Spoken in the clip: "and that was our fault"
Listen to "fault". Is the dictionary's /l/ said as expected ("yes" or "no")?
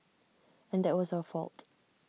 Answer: yes